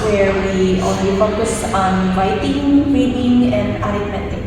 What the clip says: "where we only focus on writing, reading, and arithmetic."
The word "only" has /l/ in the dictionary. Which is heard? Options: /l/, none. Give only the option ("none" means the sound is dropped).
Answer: none